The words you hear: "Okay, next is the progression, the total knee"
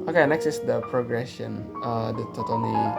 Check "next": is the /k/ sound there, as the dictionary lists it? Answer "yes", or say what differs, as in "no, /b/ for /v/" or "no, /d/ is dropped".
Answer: yes